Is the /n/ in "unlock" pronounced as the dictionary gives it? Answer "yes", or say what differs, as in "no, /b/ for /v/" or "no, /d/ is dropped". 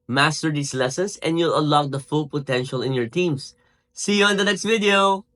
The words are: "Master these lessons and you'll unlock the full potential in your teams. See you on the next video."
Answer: no, /n/ is dropped